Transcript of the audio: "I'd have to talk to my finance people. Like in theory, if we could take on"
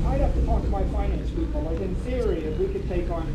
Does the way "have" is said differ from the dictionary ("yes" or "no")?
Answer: yes